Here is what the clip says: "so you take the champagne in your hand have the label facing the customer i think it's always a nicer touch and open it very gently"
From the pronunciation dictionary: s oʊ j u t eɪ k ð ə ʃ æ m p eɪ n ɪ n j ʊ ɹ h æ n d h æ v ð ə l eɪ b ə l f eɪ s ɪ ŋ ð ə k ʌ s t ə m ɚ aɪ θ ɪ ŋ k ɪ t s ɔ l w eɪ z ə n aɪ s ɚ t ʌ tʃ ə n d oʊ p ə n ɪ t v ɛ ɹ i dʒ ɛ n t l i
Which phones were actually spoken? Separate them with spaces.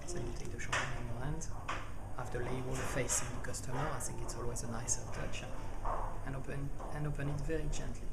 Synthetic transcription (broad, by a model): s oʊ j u t eɪ k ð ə ʃ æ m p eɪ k ɪ n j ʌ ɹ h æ n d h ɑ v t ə l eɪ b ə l f eɪ s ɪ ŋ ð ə k ʌ s t ə m ɚ aɪ θ ɪ ŋ k ɪ t s ɔ l w eɪ z ə n aɪ s ɚ t ʌ tʃ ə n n oʊ p ə n ɪ t v ɛ ɹ i dʒ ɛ n t l i